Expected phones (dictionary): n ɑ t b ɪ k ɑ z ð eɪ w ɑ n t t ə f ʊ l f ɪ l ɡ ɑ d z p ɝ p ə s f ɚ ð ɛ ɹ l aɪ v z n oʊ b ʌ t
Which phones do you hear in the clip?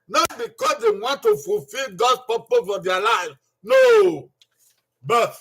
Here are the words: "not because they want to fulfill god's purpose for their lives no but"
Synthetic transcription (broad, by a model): n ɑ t b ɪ k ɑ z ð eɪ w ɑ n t t ə f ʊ l f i l ɡ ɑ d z p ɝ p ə f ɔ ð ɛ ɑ l aɪ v n oʊ b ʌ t